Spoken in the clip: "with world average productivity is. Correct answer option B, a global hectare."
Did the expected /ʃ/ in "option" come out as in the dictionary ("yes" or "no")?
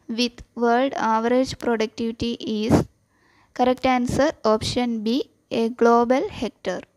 yes